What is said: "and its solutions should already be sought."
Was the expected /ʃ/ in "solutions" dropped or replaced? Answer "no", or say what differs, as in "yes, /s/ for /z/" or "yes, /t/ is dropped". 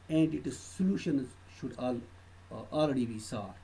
no